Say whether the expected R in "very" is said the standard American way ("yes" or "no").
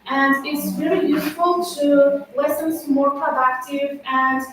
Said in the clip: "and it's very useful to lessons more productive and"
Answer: no